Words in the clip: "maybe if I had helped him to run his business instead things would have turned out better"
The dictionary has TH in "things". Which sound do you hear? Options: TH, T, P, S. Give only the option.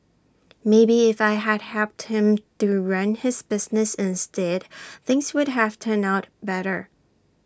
TH